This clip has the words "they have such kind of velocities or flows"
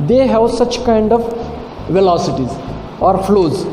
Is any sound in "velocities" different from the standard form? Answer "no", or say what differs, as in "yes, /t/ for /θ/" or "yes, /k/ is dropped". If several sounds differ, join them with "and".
no